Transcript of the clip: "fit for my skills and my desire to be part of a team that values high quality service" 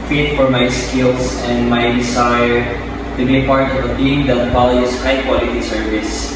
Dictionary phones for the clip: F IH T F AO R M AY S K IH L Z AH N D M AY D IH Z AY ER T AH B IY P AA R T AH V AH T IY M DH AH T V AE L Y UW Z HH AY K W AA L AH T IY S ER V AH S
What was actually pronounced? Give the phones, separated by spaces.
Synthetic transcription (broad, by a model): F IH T F AO R M AY S K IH L S AH N D M AY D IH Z AY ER T AH B IY P AA R T AH V AH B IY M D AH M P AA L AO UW S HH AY K W AA L AH T IY S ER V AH S